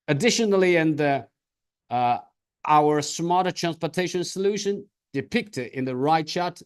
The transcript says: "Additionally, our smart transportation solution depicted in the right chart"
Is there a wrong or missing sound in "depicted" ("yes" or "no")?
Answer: no